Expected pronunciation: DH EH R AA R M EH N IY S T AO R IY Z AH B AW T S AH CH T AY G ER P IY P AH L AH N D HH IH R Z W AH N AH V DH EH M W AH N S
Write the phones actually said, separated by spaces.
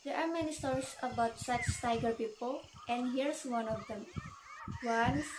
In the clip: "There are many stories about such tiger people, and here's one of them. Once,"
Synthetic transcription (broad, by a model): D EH R AA R M EH N IY S T AO R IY S AH B AW T S AH CH T AY G ER P IY P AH L AH N D HH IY R S W AH N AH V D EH M W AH N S